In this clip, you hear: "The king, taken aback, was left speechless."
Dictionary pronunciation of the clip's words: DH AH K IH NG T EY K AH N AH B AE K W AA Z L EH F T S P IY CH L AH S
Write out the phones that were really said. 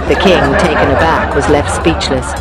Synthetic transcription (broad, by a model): DH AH K IH NG T EY K AH N AH B AE K W AA Z L EH F T S P IY CH L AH S